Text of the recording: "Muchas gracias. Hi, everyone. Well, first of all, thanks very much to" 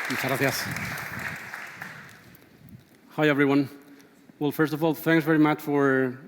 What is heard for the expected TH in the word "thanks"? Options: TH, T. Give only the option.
TH